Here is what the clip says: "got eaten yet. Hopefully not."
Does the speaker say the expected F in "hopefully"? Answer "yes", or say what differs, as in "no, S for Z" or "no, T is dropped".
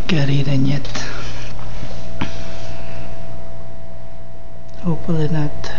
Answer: no, F is dropped